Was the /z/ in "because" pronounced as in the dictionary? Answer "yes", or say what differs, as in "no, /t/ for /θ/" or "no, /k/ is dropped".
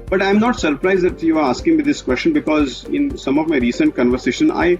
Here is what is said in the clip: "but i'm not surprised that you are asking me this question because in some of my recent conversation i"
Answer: yes